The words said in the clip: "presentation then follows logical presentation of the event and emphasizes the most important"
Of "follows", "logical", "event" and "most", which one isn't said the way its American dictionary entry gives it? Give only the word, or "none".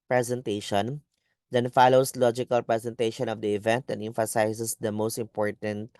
follows